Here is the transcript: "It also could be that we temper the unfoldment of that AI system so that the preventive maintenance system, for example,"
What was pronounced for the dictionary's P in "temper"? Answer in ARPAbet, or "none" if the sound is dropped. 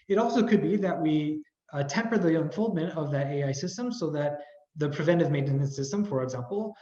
P